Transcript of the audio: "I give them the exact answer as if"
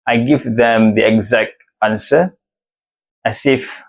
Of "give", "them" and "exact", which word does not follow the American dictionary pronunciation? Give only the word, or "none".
none